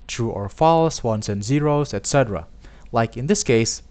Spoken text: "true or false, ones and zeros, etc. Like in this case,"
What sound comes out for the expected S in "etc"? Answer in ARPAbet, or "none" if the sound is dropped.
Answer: S